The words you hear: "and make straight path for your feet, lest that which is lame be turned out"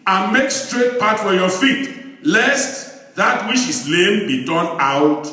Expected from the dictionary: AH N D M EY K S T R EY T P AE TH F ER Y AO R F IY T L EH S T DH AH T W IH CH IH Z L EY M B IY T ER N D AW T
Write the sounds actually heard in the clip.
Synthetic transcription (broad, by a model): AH N M EY K S T R EY T P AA T F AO Y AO F IY T L EH S T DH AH T W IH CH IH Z L EY M B IY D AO N AW T